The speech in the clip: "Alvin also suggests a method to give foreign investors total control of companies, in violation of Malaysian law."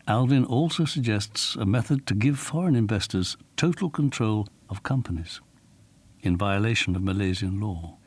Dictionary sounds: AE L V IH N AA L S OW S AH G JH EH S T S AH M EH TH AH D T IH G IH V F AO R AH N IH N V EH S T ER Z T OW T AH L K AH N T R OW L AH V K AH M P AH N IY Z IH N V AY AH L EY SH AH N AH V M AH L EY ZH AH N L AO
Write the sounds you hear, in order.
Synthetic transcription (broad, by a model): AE L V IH N AA L S OW S AH G JH EH S T S AH M EH TH AH D T IH G IH V F AO R AH N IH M V EH S T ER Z T OW T L K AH N T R OW L AH V K AH M P AH N IY Z IH N V AY AH L EY SH AH N AH V M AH L EY Z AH N L AO